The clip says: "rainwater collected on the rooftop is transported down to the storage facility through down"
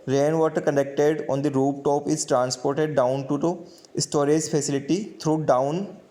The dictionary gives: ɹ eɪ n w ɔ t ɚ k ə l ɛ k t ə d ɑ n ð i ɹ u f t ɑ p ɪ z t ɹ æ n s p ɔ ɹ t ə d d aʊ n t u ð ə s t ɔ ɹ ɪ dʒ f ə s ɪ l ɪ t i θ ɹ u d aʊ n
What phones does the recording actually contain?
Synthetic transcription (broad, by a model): ɹ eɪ n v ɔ t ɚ k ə n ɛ k t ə d ɑ n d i ɹ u p t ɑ p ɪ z t ɹ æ n s p ɔ ɹ t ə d d aʊ n t u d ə s t ɔ ɹ ɪ dʒ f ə s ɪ l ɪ t i t ɹ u d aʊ n